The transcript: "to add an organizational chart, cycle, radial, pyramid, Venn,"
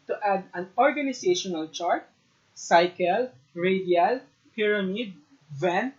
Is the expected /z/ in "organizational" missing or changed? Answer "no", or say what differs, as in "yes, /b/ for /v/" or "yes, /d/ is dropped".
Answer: yes, /s/ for /z/